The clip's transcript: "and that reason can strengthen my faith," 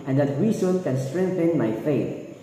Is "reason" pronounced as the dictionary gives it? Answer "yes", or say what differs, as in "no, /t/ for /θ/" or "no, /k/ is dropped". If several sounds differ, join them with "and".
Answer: no, /w/ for /ɹ/